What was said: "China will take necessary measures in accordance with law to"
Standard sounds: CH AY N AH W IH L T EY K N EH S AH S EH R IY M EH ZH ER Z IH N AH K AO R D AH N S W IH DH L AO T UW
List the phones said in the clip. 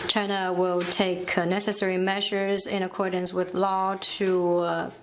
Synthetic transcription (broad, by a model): CH AY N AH W IH L T EY K N EH S AH S EH R IY M EH ZH ER Z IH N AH K AO R D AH N S W IH DH L AO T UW